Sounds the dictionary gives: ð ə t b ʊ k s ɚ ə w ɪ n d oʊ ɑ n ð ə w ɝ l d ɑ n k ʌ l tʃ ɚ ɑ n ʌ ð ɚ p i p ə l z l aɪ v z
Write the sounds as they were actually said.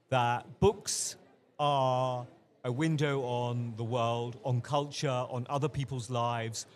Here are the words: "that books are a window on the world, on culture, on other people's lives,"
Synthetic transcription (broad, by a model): ð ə t b ʊ k s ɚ ə w ɪ n d oʊ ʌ n ð ə w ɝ l d n k ʌ l tʃ ɚ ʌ n ʌ ð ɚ p i p ə l z l aɪ v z